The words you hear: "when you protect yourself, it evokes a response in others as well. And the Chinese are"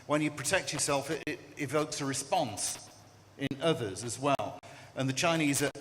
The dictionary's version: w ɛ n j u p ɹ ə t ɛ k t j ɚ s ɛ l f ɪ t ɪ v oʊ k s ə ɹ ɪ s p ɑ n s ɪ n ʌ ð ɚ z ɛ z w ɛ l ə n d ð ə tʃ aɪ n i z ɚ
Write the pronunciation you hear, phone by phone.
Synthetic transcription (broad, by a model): w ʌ n j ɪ p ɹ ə t ɛ k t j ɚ s ɛ l f ɪ t ɪ v oʊ k s ə ɹ ɪ s p ɑ n s ɪ n ʌ ð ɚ z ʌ z w ɛ l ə n ð ə tʃ aɪ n i z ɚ